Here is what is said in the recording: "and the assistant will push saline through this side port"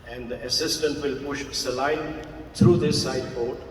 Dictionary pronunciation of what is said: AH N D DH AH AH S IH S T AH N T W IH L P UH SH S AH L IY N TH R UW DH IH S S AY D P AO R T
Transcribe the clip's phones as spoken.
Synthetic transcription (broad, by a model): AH N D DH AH AH S IH S T AH N T W IH L P UH SH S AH L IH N T R UW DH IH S S AY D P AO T